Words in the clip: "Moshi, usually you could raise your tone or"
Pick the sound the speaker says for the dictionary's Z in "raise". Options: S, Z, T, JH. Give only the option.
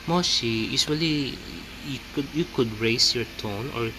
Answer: S